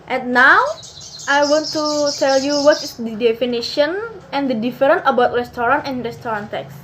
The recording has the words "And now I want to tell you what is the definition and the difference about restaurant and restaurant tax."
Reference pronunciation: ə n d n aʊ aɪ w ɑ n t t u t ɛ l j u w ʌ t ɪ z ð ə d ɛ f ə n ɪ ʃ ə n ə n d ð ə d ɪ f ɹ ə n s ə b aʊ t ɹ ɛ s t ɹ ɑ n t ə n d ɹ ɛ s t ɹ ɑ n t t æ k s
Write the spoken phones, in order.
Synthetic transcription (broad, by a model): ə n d n aʊ aɪ w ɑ n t t u t ɛ l j u w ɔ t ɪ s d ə d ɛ f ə n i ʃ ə n ə n d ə d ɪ f ɹ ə n ə b aʊ t ɹ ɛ s t ɹ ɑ n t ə n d ɹ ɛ s t ɹ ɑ n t t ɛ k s